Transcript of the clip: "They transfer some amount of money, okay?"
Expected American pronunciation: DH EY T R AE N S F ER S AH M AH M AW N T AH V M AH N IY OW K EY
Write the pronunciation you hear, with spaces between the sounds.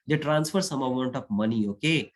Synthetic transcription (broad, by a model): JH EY T R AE N S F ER S AH M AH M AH N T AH P M AH N IY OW K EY